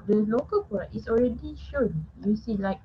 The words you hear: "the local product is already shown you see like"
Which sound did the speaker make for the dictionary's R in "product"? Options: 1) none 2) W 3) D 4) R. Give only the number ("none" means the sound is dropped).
1